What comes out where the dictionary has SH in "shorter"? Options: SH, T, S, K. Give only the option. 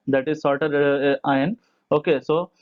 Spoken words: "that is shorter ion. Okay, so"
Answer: S